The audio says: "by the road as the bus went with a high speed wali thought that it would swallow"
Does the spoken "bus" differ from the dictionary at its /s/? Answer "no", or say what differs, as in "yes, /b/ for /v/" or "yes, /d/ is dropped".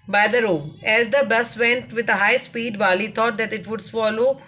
no